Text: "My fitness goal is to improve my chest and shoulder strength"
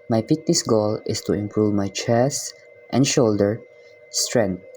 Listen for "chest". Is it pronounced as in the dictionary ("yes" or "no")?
yes